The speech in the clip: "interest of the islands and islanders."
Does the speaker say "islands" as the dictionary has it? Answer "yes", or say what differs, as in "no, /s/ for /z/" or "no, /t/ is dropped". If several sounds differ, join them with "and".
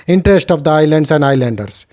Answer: no, /s/ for /z/